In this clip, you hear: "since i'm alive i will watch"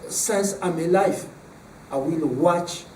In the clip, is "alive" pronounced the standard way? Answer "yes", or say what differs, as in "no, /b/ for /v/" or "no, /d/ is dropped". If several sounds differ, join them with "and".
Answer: no, /f/ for /v/